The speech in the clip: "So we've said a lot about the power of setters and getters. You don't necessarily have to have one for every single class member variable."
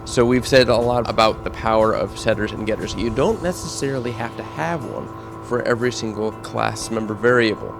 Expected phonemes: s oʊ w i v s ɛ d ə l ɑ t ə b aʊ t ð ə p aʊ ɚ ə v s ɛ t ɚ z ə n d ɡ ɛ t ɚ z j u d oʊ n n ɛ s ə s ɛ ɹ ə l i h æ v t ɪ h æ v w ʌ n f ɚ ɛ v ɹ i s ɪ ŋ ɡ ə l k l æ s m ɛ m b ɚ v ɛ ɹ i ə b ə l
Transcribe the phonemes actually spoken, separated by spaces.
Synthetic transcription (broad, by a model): s oʊ w i v s ɛ d ə l ɑ t ə b aʊ t ð ə p aʊ ɚ ə v s ɛ t ɚ z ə n ɡ ɛ t ɚ z j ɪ d oʊ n n ɛ s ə s ɛ ɹ l i h æ f t ɪ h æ v w ʌ n f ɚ ɛ v ɹ i s ɪ ŋ ɡ l k l æ s m ɛ m b ɚ v ɛ ɹ i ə b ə l